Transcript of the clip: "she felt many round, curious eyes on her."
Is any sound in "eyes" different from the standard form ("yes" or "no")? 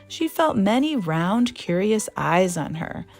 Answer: no